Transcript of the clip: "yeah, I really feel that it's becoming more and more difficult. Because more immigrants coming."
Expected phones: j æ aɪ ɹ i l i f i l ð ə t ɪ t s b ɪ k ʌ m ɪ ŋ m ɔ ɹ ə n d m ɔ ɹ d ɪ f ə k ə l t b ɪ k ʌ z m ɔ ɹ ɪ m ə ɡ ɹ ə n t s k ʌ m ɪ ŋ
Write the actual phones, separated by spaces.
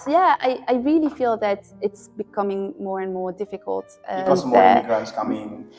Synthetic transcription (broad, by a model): j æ aɪ ɹ i l i f i l ð ə t ɪ t s b ɪ k ʌ m ɪ ŋ m ɔ ɹ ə n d m ɔ ɹ d ɪ f ə k ə l t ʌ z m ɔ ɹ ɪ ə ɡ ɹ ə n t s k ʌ m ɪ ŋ